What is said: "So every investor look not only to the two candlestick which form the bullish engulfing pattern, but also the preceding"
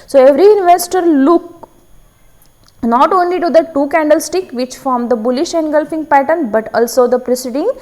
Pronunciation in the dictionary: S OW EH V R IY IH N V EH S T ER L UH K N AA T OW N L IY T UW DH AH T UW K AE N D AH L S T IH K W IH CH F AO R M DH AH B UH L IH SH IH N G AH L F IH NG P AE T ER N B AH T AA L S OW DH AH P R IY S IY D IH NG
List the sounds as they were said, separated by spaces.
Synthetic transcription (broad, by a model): S OW EH V R IY IH N V EH S T ER L UH K N AA T OW N L IY T UW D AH T UW K AE N D AH L S T IH K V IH CH F AO R M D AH B UH L IH SH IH N G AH L F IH NG P AE T ER N B AH T AA L S OW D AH P R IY S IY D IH NG